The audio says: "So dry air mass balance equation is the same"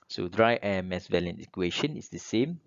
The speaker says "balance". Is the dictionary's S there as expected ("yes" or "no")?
no